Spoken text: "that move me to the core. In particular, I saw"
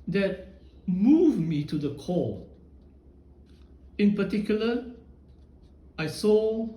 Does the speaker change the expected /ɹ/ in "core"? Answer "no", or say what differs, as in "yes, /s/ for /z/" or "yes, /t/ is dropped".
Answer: yes, /l/ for /ɹ/